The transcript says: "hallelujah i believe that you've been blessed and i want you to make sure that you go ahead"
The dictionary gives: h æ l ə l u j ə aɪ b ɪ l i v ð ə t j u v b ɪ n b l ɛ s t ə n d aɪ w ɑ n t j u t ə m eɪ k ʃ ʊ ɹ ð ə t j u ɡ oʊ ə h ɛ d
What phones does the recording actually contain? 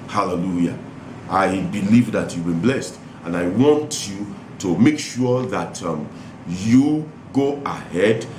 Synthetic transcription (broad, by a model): h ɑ l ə l u j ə aɪ b ɪ l i v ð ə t j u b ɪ n b l ɛ s t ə n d aɪ w ɑ n t j u t ə m eɪ k ʃ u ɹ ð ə t j u ɡ oʊ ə h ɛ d